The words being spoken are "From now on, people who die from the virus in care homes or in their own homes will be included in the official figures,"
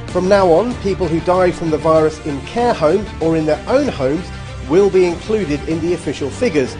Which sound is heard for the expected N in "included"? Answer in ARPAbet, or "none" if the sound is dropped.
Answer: N